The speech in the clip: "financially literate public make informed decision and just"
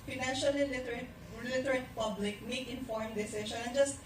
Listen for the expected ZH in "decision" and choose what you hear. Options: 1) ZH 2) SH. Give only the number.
2